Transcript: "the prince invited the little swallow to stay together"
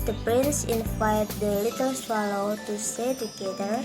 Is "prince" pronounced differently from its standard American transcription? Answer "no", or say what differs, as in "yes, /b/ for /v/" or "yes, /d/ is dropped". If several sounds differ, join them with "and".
no